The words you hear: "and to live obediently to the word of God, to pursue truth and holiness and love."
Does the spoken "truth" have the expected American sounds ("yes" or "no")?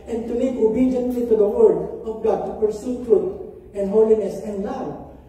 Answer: no